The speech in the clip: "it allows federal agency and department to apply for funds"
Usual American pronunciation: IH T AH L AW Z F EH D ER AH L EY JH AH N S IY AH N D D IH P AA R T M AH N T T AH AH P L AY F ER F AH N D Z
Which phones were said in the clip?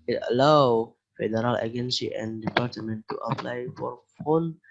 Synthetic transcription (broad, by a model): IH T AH L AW F EH D ER AH L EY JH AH N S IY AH N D D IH P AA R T M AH N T T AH AH P L AY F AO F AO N